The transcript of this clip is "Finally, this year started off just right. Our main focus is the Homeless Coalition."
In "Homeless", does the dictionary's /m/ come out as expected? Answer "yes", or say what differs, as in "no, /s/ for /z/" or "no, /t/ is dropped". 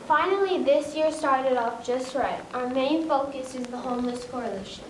yes